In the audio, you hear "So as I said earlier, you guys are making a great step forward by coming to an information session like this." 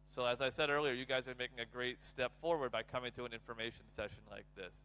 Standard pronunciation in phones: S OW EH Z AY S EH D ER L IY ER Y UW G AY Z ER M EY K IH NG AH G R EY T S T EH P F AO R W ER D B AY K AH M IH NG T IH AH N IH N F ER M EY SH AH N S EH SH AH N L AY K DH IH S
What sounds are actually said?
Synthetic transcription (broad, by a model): S OW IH Z AY S EH D ER L IY ER Y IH G AY Z ER M EY K IH NG AH G R EY T S T EH P F AO R W ER D B AY K AH M IH NG T IH AH N IH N F ER M EY SH N S EH SH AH N L AY K DH IH S